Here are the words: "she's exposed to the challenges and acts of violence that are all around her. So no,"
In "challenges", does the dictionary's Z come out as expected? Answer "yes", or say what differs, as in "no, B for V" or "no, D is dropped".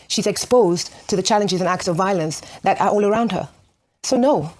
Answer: yes